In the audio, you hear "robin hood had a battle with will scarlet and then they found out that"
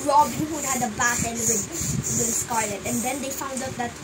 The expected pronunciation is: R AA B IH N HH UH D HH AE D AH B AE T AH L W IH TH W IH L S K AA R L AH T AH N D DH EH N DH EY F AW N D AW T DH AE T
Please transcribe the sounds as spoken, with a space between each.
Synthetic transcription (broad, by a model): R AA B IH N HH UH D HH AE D AH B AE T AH N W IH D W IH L S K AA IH L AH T AH N D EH N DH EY F AW N D AW T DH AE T